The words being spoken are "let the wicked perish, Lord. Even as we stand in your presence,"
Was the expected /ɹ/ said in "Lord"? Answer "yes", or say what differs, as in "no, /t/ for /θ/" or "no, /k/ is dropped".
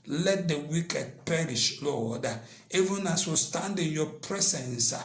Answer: no, /w/ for /ɹ/